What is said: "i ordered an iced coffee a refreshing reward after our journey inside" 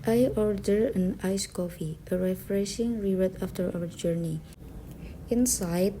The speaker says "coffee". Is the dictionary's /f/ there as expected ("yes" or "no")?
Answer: yes